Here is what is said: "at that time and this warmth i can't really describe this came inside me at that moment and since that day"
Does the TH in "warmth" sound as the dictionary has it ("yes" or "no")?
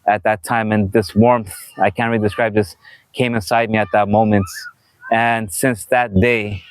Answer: yes